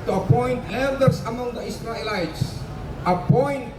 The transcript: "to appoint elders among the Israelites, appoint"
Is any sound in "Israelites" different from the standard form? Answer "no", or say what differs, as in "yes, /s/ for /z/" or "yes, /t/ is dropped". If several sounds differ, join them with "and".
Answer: yes, /s/ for /z/